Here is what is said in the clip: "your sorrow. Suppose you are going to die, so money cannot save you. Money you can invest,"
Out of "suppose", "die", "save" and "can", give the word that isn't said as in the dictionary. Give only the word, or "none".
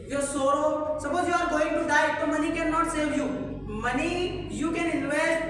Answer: suppose